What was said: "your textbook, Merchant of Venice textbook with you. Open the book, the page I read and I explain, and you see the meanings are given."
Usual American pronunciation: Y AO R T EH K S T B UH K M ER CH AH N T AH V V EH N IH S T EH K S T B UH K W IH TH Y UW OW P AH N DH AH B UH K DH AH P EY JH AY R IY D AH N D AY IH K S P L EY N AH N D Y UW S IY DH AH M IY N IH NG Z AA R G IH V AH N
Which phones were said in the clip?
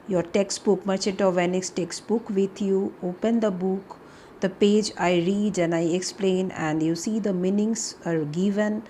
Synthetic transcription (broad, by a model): Y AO R T EH K S T B UH K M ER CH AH T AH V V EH N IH S T EH K S T B UH K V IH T Y UW OW P AH N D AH B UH K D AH P EY JH AY R IY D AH N AY IH K S P L EY N AH N D Y UW S IY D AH M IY N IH NG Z AA R G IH V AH N